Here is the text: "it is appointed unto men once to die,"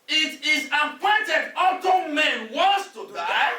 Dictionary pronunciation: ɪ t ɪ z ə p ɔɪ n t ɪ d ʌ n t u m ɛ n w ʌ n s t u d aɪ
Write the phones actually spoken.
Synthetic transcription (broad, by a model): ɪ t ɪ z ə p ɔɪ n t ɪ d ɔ t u m ɛ n w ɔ n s t u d aɪ